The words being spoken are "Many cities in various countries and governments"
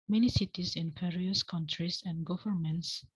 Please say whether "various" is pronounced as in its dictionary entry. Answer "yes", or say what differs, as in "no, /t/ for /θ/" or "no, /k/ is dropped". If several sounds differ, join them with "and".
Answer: no, /p/ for /v/